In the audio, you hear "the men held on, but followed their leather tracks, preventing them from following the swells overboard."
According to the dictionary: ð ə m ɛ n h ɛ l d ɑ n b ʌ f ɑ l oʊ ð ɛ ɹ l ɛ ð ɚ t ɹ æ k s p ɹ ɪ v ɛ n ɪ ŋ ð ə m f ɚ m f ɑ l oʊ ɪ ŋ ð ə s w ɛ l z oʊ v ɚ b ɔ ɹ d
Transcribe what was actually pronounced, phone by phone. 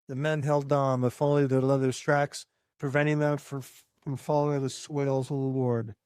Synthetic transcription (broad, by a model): ð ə m ɛ n h ɛ l d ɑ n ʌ f ɑ l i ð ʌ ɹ l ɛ ð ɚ t ɹ æ k s p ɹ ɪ v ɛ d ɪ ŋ ð ə m f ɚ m f ɑ l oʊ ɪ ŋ ð ə s w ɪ l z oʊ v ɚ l ɔ ɹ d